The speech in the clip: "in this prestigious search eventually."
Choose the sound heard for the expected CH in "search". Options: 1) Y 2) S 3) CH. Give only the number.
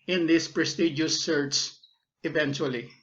2